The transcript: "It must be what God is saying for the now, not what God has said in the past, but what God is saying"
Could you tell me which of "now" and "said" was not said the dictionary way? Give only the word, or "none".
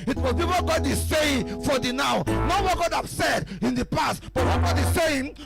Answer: none